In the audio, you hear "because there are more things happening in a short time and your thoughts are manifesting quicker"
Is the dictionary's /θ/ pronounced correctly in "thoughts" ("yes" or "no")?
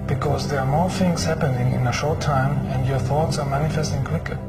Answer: yes